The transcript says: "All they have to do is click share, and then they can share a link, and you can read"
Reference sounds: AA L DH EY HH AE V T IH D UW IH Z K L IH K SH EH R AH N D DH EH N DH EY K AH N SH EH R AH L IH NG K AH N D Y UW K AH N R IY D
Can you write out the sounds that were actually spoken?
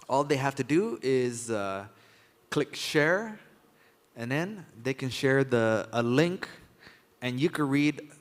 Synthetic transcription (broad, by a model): AA L DH EY HH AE F T IH D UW IH Z K L IH K SH EH R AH N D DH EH N DH EY K AH N SH EH R AH L IH NG K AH N Y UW K AH N R IY D